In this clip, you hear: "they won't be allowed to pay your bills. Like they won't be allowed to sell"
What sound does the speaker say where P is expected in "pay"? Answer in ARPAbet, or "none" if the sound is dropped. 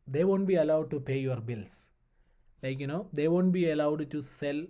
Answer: P